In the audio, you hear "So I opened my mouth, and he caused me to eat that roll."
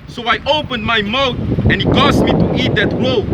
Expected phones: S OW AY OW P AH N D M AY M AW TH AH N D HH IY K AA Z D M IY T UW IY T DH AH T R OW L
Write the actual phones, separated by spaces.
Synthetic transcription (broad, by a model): S OW AY OW P AH N D M AY M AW T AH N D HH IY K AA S M IY T UW IY T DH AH T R OW